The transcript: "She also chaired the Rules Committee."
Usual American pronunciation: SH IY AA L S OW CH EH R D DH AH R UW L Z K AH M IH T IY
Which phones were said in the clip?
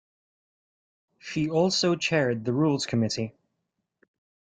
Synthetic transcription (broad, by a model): SH IY AA L S OW CH EH R D DH AH R UW L Z K AH M IH T IY